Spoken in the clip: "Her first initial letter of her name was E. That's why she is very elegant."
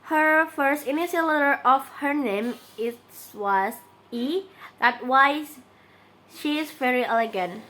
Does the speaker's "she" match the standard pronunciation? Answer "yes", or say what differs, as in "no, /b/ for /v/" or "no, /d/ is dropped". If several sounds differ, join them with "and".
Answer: yes